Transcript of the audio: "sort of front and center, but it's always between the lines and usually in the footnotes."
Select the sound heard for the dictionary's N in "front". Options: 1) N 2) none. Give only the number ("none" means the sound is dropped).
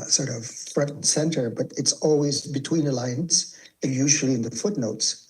2